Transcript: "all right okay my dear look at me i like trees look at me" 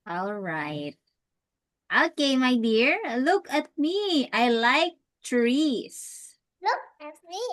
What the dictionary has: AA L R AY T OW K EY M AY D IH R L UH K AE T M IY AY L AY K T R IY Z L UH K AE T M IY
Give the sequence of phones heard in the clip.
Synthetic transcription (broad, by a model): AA L R AY T OW K EY M AY D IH R L UH K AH T M IY AY L AY K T R IY S L UH K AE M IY